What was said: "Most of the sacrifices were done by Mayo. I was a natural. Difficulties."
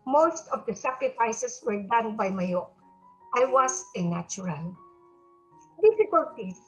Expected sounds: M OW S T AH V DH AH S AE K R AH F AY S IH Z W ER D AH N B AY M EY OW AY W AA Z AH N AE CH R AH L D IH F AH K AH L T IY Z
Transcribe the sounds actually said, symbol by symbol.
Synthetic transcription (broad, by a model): M OW S T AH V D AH S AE K R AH F AY S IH S W ER D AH N B AY M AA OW AY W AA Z AH N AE CH R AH L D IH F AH K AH L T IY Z